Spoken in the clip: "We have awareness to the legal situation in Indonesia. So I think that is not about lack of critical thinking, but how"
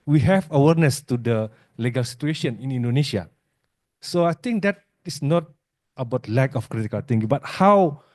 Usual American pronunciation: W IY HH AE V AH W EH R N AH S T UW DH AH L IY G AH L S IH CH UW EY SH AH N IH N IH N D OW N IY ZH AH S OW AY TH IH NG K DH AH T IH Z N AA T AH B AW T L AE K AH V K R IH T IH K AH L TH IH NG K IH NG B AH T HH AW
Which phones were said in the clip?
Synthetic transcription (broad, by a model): W IY HH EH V AH W EH R N AH S T UW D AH L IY G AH L S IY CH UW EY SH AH N IH N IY N D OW N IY SH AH S OW AY T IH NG K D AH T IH S N AA T AH B AW T L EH K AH F K R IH T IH K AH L T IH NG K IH B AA T HH AW